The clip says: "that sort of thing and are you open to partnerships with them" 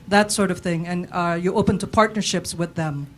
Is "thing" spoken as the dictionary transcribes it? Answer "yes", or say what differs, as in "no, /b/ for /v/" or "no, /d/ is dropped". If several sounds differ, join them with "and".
yes